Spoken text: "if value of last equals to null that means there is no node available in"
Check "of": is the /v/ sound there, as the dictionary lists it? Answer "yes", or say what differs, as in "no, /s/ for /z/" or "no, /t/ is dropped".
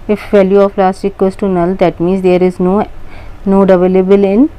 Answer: no, /p/ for /v/